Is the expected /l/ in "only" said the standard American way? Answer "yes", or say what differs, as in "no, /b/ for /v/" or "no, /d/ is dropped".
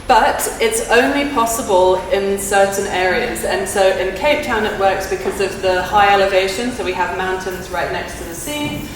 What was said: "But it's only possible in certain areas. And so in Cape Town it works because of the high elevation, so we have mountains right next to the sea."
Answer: yes